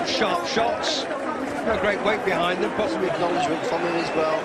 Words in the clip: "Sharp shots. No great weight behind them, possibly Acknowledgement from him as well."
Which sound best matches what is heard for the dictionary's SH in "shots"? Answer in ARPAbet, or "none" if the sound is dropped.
SH